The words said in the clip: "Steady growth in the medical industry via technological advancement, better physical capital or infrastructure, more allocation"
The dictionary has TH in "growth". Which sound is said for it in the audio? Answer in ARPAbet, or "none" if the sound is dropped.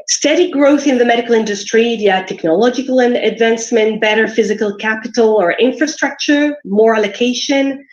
TH